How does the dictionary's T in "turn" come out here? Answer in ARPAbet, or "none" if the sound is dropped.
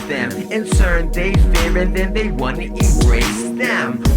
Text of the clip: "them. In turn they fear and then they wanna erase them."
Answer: S